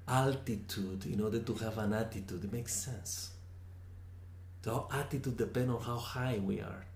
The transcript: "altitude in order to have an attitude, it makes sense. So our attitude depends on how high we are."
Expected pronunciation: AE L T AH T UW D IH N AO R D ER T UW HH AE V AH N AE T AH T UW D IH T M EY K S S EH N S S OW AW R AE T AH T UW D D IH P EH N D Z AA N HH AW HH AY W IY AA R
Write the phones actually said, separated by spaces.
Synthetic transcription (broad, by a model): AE L T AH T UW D IH N AO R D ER T UW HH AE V AH N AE T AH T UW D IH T M EY K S S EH N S S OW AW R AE T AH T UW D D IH P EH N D AA N HH AW HH AY W IY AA R